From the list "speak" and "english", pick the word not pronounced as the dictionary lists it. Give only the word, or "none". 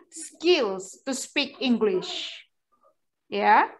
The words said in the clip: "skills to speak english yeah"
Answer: none